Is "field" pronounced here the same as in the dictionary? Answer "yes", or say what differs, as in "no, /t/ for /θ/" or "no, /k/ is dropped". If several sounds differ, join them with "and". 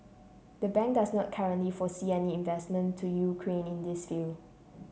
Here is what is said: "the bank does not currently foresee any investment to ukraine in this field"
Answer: no, /d/ is dropped